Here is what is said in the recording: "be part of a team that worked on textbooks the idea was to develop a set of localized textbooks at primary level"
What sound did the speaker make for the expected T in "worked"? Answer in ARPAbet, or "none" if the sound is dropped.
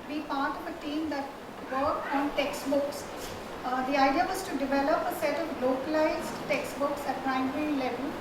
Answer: none